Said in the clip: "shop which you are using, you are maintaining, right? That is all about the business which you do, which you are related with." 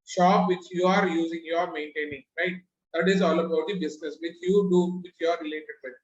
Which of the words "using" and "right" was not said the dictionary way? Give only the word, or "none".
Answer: none